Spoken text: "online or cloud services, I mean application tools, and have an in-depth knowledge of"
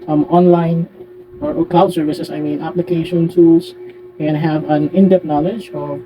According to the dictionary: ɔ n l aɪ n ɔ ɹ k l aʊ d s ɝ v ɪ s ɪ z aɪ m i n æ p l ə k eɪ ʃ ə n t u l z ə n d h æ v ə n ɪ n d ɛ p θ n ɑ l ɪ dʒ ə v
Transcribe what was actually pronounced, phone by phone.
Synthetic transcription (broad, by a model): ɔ n l aɪ n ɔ ɹ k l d s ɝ v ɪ s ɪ s aɪ m i n æ p l ə k eɪ ʃ ə n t u l s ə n h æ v ə n ɪ n d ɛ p n ɑ l ɪ dʒ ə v